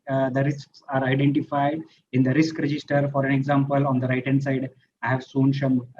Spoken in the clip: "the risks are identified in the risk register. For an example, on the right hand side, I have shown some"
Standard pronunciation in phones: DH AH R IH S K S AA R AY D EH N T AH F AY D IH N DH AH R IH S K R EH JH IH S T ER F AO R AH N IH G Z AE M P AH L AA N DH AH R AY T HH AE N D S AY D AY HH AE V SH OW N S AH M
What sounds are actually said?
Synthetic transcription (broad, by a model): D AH R IH S K S AA R AY D EH N T AH F AY D IH N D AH R IH S K R EH JH IH S T ER F AO R AH N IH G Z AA M P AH L AA N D AH R AY T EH N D S AY D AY HH AE V S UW N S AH M